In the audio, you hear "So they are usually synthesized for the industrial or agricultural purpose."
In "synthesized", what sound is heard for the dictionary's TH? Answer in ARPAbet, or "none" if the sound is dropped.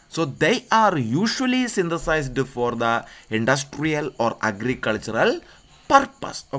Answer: T